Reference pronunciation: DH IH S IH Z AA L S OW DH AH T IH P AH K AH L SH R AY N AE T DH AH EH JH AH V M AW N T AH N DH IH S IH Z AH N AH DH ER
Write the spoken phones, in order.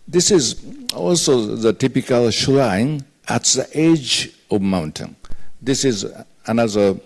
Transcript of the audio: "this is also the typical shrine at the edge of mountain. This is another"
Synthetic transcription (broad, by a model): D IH S IH Z AA L S OW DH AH T IH P AH K AH L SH L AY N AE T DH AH EH JH AH V M AW N T AH N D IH S IH Z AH N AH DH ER